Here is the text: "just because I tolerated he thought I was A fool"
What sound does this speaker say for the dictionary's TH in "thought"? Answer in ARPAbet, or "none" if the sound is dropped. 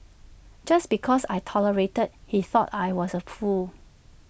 TH